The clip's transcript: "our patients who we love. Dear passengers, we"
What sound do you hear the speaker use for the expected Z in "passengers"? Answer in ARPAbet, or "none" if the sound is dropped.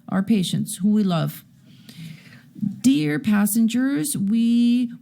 Z